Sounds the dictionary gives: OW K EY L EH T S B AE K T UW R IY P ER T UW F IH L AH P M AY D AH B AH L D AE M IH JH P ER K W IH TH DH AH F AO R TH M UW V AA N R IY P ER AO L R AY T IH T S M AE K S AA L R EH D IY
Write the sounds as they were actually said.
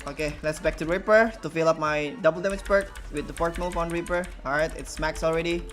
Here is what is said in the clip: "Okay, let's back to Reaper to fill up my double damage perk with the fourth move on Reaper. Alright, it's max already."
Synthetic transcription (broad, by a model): OW K EY L EH T S B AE K T UW R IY P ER T UW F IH L AH P M AY D AH B AH L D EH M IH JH B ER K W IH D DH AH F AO R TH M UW F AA N R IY P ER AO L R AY T IH T S M AE K S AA L R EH D IY